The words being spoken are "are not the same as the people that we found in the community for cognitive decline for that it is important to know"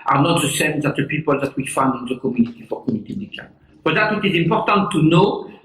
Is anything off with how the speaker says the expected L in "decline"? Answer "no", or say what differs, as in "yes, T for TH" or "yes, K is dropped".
yes, L is dropped